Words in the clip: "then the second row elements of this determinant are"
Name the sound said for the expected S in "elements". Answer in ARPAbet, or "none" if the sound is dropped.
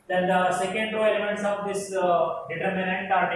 S